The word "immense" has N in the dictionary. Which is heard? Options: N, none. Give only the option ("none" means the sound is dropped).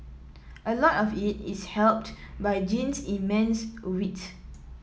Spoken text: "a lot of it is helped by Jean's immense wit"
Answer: N